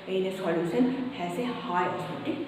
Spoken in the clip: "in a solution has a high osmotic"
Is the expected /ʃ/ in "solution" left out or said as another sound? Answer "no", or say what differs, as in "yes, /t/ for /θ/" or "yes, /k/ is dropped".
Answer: yes, /s/ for /ʃ/